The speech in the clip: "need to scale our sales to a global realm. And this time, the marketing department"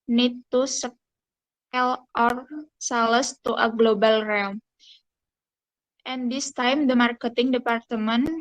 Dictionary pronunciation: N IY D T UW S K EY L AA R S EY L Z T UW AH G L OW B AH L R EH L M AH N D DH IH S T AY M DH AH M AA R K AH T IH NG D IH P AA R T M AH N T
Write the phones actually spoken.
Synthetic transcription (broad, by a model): N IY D T UW S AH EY L AA R S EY L S T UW AH G L OW B AH L R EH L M AH N D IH S T AY M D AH M AA R K AH T IH NG D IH P AA R T M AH N